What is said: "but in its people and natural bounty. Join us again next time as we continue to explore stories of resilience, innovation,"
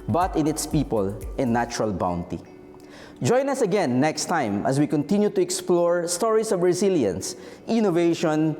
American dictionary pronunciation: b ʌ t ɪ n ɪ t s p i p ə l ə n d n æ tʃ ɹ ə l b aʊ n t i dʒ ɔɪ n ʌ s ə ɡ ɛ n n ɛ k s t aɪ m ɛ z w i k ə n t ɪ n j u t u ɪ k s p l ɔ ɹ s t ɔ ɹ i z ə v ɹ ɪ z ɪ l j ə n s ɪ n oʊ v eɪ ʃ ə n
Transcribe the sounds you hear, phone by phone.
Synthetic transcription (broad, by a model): b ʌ t ɪ n ɪ t s p i p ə l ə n n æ tʃ ɹ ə l b aʊ n t i dʒ ɔɪ n ʌ s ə ɡ ɛ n n ɛ k s t aɪ m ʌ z w i k ə n t ɪ n j u t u ɪ k s p l ɔ ɹ s t ɔ ɹ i s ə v ɹ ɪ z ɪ l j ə n s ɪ n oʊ v eɪ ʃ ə n